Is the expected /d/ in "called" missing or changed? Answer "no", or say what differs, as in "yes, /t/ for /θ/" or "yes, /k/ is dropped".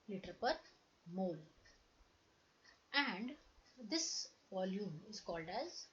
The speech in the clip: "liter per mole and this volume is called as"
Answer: no